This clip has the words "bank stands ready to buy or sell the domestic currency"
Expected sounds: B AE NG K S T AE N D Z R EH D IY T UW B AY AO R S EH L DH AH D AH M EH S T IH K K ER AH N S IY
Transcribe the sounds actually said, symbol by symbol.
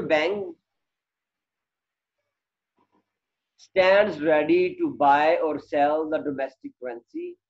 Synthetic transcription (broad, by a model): B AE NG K S T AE N D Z R EH D IY T UW B AY AO R S EH L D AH D AH M EH S T IH K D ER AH N S IY